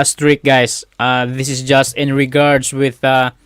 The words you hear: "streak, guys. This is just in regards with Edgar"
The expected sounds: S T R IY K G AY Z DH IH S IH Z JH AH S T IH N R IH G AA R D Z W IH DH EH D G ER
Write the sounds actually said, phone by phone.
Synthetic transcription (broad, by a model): S T R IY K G AY S DH IH S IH S JH AH S T IH N R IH G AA R D S W IH DH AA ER